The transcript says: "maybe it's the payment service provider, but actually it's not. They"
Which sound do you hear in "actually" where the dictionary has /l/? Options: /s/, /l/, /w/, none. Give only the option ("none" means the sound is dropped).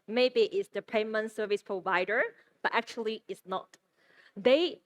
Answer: /l/